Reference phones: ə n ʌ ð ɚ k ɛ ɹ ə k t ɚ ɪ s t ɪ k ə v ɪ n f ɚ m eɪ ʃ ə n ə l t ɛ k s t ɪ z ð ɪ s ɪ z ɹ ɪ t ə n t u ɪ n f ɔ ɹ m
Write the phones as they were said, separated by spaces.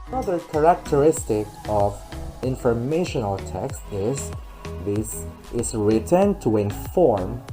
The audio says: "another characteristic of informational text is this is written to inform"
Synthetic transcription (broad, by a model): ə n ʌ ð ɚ k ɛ ɹ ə k t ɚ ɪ s t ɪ k ə v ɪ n f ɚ m eɪ ʃ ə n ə l t ɛ k s t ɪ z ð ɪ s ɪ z ɹ ɪ t ə n t u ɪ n f ɔ ɹ m